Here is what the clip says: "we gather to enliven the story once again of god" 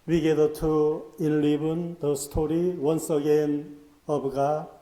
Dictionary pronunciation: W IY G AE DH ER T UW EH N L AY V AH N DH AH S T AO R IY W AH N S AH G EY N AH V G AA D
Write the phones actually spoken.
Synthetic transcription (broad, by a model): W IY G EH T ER T UW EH N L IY B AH N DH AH S T AO R IY W AH N S AH G EY N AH B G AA